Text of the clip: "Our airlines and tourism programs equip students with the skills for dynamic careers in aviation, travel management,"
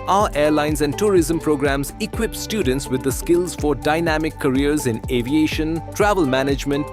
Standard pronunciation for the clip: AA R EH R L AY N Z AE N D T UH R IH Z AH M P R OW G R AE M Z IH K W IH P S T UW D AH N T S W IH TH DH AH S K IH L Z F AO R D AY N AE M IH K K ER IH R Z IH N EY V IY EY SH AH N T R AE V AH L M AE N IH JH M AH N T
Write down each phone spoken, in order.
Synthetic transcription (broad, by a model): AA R EH R L AY N Z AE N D T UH R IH Z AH M P R OW G R AE M Z IH K W IH P S T UW D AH N T S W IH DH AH S K IH L Z F AO R D AY N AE M IH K K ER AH R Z IH N EY V IY EY SH AH N T R AE V AH L M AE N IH JH M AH N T